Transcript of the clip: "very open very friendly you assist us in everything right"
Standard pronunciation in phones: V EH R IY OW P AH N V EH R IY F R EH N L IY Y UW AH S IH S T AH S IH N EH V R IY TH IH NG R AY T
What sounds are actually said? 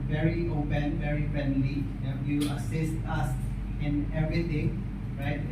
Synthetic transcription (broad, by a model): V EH R IY OW P AH N V EH R IY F R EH N L IY Y UW AH S IH S T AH S IH N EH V R IY T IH NG R AY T